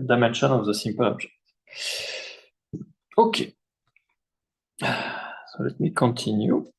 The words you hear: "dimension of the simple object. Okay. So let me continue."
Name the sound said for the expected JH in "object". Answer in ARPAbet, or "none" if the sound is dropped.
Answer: ZH